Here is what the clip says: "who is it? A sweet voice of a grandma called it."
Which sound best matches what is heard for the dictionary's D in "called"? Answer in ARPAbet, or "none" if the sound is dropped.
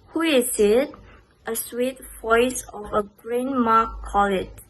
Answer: none